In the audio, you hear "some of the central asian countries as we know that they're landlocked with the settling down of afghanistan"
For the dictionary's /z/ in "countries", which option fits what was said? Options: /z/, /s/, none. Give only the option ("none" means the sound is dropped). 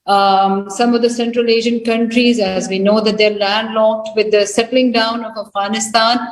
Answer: /z/